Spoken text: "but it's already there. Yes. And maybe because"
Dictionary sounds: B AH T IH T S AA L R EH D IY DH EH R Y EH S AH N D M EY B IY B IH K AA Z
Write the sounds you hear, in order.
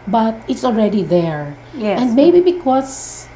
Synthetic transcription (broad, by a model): B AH T IH T S AA L R EH D IY DH EH R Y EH AH N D M EY B IY B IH K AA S